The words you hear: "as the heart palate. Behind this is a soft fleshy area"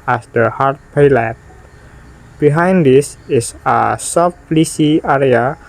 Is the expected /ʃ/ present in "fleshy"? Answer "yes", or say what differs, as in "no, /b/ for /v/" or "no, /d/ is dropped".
no, /s/ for /ʃ/